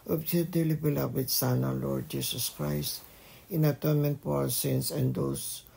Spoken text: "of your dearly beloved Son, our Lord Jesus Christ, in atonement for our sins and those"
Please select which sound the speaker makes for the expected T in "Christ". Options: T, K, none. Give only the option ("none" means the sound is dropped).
T